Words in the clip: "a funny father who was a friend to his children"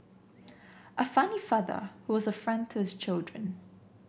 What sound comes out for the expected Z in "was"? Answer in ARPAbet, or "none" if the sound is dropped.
Z